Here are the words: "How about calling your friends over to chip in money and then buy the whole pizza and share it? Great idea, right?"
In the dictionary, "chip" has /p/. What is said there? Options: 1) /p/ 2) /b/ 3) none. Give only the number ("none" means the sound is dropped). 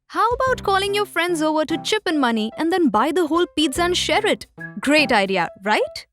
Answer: 1